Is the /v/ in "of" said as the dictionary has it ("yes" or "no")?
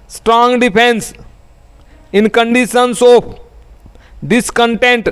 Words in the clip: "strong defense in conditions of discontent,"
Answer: no